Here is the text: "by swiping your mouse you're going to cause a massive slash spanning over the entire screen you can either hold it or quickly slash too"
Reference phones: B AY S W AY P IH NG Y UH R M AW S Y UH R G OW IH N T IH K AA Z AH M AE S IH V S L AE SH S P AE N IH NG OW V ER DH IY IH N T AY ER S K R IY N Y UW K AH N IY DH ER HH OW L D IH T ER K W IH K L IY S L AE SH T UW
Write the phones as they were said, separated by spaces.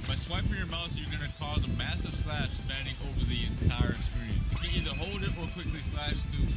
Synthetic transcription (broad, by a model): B AY S W AY P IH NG Y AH R M AW TH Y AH R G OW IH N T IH K AA Z AH M AE S IH V S L AE SH S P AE N IH NG OW V ER DH IY IH N T AY ER S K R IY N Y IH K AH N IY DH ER HH OW L D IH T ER K W IH K L IY S L AE SH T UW